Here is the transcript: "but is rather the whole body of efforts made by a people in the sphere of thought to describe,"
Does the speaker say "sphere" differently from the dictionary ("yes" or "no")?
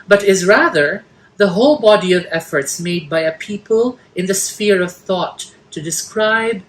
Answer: no